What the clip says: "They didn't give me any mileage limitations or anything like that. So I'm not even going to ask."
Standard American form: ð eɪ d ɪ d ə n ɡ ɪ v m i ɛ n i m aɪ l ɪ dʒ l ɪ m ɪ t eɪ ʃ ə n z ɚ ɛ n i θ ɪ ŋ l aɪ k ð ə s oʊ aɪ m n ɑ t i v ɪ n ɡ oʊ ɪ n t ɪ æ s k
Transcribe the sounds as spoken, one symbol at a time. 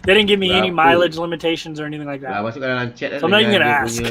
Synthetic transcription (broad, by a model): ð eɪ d ɪ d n ɡ ɪ v m i ɛ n i m aɪ l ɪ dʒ l ɪ m ɪ t eɪ ʃ ə n z ɚ ɛ n i θ ɪ ŋ l aɪ k ð ə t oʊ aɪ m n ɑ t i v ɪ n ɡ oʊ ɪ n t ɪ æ s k